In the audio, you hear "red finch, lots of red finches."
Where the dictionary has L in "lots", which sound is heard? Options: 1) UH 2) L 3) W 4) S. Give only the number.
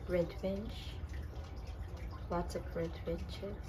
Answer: 3